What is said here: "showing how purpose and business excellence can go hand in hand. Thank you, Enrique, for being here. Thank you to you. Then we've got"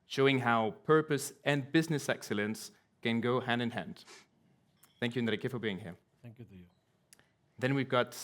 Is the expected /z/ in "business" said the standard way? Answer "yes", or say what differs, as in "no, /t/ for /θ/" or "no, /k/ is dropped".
yes